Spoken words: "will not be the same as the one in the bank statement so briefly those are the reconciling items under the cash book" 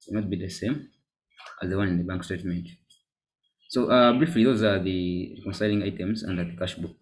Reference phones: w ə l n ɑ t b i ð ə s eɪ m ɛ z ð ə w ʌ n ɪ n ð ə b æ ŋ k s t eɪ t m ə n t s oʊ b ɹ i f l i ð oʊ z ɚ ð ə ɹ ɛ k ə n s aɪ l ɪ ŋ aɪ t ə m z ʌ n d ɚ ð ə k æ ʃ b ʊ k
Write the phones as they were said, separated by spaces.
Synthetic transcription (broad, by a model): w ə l n ɑ t b i ð ə s eɪ m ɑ z ð ə w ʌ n ɪ n ð ə b æ ŋ k s t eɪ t m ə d s oʊ b ɹ i f l i ð oʊ z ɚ ð ə ɹ ɛ k ə n s aɪ l ɪ ŋ aɪ t ə m z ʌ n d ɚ ð ə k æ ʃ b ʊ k